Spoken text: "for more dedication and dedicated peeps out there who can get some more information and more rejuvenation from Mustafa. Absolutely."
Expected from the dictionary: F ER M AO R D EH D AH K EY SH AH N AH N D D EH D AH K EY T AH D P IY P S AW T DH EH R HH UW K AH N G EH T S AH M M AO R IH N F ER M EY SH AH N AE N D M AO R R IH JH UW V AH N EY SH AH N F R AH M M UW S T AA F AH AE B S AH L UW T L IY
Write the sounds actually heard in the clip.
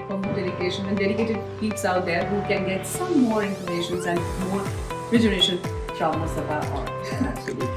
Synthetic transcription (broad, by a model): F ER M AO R D EH D AH K EY SH AH N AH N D D EH D AH K EY T AH D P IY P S AW T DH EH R HH UW K AH N G EH T S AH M M AO R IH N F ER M EY SH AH N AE N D M AO R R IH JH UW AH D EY SH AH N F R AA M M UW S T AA AH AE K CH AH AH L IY